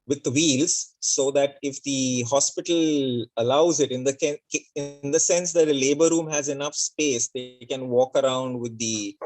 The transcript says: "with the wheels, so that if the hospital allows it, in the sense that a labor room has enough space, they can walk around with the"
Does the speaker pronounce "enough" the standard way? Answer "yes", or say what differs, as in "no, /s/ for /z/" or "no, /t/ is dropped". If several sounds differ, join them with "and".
yes